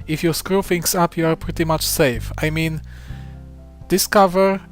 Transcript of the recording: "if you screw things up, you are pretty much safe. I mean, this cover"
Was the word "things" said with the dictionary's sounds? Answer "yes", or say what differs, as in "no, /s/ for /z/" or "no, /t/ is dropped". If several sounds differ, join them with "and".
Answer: no, /f/ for /θ/ and /s/ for /z/